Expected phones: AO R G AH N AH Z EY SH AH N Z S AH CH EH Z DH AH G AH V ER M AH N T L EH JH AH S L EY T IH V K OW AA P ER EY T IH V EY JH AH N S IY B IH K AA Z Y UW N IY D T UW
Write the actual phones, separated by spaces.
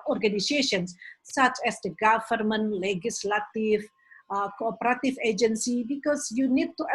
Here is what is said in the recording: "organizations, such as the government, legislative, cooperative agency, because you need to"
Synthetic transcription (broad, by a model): AO R G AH N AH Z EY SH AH N S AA CH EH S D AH G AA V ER M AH N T L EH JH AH S L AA T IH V K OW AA P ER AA T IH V EY JH AH N S IY B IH K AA S Y UW N IY D T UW